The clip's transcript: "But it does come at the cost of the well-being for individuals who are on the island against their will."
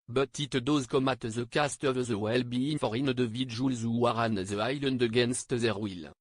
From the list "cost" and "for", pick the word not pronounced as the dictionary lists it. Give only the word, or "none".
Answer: none